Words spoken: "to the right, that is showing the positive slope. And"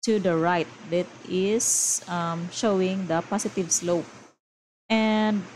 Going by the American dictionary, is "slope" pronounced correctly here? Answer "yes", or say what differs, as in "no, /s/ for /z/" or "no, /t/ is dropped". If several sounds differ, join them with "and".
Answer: yes